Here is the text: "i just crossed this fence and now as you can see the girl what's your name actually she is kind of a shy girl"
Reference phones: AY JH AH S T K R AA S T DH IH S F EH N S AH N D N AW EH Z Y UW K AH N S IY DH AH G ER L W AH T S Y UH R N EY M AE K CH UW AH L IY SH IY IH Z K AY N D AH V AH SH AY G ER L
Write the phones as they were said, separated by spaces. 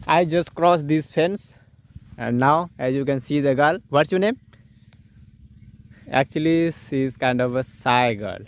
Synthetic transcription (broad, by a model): AY JH AH S T K R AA S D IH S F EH N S AH N D N AW EH Z Y UW K AH N S IY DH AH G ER L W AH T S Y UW N EY M AE K CH UW AH L IY S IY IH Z K AY N D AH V AH S AY G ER L